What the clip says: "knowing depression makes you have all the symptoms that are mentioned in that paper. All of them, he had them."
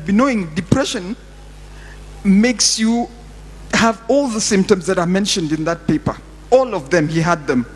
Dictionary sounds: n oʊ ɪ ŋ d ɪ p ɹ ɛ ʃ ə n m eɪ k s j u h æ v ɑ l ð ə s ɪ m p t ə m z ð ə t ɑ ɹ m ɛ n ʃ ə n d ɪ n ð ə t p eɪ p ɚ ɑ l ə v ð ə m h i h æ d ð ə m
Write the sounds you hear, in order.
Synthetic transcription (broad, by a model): n oʊ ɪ ŋ d ɪ p ɹ ɛ ʃ ə n m eɪ k s j u h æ v ɑ l ð ə s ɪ m p t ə m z ð ə t ɑ ɹ m ɛ n ʃ ə n d ɪ n ð ə t p eɪ p ɚ ɑ l ə v ð ə m h i h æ d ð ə m